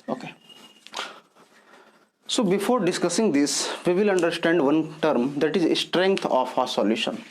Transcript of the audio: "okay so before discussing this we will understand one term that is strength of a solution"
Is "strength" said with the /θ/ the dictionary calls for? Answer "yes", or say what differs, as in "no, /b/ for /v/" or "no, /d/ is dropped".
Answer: no, /t/ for /θ/